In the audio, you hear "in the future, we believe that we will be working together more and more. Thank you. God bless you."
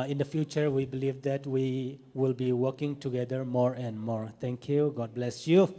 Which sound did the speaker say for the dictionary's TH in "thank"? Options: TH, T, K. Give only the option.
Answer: T